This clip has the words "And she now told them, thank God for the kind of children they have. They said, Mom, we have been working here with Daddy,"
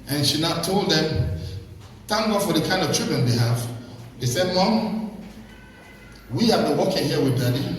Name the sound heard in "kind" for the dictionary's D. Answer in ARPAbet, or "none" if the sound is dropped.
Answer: D